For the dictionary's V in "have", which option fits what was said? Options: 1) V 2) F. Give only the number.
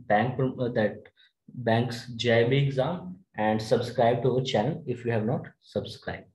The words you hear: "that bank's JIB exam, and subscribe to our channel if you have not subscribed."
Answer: 1